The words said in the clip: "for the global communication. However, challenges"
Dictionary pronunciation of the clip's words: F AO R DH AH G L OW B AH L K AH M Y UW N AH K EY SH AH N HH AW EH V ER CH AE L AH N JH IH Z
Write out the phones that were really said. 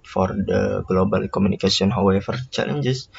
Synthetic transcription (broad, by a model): F AO R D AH G L OW B AH L K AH M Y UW N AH K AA S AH N HH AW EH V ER CH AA L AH N JH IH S